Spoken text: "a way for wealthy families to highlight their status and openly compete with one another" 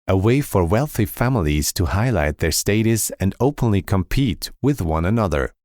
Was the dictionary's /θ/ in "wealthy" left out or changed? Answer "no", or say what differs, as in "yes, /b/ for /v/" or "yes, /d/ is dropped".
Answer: no